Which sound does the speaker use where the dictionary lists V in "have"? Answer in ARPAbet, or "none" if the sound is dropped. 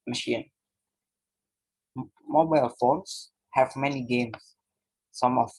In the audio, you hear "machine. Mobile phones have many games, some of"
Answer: V